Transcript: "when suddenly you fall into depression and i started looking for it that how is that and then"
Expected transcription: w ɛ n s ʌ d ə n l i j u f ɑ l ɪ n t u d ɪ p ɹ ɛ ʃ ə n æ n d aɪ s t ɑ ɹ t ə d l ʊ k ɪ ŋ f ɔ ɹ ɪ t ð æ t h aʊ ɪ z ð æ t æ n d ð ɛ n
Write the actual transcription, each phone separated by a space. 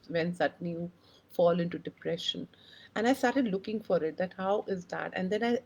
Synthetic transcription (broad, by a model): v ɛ n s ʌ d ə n i j u f ɑ l ɪ n t u d ɪ p ɹ ɛ ʃ ə n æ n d aɪ s t ɑ ɹ t ə d l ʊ k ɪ ŋ f ɔ ɹ ɪ t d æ t h aʊ ɪ z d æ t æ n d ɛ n